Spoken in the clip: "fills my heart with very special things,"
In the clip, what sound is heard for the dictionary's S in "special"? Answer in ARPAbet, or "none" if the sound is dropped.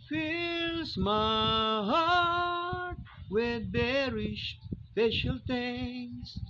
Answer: SH